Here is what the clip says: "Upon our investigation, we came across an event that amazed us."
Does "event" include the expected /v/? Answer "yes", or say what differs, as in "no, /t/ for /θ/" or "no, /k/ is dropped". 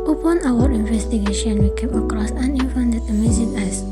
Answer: no, /f/ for /v/